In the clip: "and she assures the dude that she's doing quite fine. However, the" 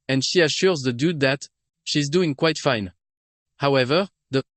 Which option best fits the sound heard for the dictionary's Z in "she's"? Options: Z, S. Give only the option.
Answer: Z